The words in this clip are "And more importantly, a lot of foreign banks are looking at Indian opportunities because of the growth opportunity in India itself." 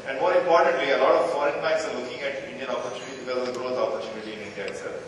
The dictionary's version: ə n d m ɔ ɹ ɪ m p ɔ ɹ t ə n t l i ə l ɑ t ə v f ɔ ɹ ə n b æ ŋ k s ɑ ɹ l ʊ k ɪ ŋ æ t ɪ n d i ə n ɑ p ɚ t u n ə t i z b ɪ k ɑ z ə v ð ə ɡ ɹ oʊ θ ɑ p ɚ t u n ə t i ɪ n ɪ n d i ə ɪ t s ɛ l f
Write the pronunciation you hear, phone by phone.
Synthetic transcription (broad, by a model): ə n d m ɔ ɹ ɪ m p ɔ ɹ t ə n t l i ə l ɑ t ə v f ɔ ɹ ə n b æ k s ɑ ɹ l ʊ k ɪ ŋ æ t ɪ n d i ə n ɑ p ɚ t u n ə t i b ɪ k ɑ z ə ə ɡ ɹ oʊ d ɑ p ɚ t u n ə t i ɪ n ɪ n d i ə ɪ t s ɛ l